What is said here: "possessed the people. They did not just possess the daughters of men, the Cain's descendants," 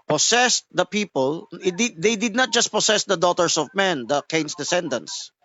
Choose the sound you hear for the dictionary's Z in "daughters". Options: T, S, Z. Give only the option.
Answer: S